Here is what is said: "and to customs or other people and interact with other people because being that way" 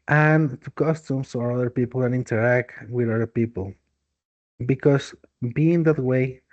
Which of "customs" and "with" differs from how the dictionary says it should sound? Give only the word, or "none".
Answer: customs